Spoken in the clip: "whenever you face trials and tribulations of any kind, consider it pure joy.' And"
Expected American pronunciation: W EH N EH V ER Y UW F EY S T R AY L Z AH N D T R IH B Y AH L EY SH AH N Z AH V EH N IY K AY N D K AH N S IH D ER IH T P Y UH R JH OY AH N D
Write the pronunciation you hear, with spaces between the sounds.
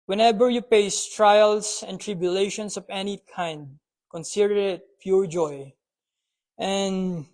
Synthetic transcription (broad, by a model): W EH N EH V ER Y UW P EY S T R AY L S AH N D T R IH B Y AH L EY SH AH N S AH V EH N IY K AY N D K AH N S IH D ER IH T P Y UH R JH OY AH N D